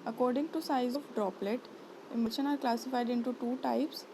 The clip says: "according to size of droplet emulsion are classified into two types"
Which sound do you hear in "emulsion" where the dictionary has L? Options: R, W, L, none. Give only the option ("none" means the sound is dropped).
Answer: none